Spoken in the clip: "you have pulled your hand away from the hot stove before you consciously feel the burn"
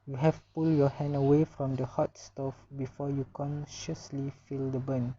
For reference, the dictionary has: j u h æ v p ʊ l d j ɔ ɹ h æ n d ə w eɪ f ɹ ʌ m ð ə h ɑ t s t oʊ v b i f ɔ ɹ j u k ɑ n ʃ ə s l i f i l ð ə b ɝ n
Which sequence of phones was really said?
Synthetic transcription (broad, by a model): j u h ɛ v p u l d j ɔ h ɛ n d ə w eɪ f ɹ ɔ m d ə h ɑ t s t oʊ f b i f ɔ j u k ɑ n ʃ ə s l i f i l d ə b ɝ n